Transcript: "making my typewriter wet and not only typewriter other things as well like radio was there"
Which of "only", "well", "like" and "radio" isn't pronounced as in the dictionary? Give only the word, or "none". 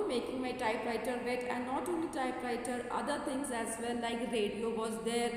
well